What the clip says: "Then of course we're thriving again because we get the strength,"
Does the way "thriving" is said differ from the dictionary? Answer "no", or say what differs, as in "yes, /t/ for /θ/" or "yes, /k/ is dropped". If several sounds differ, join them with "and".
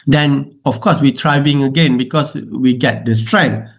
yes, /t/ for /θ/